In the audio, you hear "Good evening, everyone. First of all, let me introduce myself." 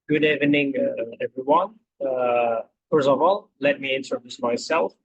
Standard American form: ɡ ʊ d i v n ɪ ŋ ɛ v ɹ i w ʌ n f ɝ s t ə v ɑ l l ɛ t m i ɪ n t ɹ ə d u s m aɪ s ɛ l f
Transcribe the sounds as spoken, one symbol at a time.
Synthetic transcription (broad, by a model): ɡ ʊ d i v n ɪ ŋ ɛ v ɹ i w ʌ n f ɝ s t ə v ɑ l l ɛ t m i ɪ n s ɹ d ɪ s m aɪ s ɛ l f